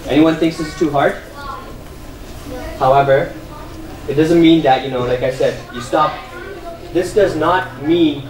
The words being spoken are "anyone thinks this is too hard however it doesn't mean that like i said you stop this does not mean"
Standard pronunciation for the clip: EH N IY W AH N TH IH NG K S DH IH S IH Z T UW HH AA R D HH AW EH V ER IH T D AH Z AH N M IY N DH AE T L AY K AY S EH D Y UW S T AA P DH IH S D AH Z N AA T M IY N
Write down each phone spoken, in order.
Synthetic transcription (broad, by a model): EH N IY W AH N TH IH NG K S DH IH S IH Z T UW HH AA R D HH AW EH V ER IH T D AH Z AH N M IY N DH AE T L AY K AY S EH D Y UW S T AA P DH IH S D AH Z N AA T M IY N